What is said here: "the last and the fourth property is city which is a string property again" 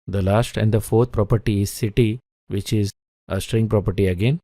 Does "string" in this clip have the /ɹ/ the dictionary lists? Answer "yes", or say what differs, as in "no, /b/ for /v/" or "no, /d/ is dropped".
yes